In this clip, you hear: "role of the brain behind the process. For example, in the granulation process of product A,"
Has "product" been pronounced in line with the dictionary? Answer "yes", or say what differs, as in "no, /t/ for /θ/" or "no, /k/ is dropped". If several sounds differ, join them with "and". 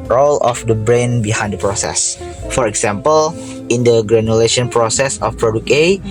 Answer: no, /t/ is dropped